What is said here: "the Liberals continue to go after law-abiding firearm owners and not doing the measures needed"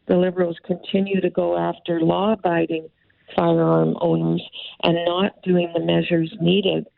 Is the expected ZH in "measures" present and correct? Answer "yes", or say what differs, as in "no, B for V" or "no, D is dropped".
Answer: yes